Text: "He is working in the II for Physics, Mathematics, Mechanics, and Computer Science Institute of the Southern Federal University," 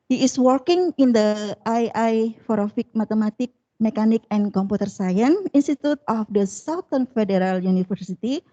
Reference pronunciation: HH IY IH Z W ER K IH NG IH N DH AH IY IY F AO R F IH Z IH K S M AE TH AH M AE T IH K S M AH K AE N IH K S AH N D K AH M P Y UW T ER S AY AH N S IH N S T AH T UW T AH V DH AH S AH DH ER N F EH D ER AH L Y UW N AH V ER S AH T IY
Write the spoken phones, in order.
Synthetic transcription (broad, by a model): HH IY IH S W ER K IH NG IH N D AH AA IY F AO R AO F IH K M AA T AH M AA T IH K M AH K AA N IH K AH N K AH M P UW T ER S AY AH N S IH N S T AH T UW T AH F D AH S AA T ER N F EH D ER AH L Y UW N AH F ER S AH T IY